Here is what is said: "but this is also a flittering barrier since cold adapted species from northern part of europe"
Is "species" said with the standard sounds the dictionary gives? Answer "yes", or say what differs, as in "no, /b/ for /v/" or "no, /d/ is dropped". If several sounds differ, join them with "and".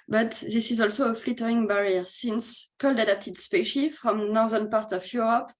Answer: no, /z/ is dropped